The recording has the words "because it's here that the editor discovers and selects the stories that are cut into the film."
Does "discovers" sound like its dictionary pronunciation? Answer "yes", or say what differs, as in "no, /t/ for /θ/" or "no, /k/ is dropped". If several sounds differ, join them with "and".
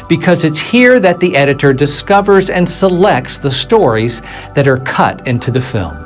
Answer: yes